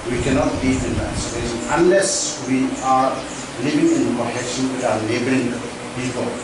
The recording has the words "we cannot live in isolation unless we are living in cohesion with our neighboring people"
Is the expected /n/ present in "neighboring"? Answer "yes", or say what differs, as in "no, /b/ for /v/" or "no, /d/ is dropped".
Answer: no, /l/ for /n/